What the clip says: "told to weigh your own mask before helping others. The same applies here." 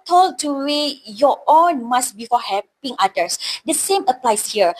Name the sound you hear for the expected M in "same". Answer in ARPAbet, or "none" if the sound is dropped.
M